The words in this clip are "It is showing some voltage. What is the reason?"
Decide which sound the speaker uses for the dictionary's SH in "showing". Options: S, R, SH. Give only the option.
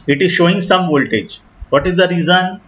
SH